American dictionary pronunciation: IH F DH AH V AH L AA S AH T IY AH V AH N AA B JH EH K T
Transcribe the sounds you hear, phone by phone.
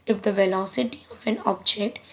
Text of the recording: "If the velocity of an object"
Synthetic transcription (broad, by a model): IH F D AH V AH L AA S AH T IY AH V AH N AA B JH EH K T